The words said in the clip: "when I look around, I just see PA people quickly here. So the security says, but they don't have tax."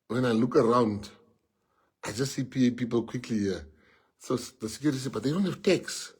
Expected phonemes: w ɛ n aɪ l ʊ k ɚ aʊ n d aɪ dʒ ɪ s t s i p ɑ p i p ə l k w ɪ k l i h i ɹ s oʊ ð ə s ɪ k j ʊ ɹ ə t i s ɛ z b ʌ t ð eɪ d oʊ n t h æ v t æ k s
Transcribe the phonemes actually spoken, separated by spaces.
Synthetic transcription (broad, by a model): w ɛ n aɪ l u k ɚ aʊ n d aɪ dʒ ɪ s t s i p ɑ p i p ə l k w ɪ k l i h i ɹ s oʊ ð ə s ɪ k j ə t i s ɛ b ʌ t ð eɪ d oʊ n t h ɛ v t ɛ k s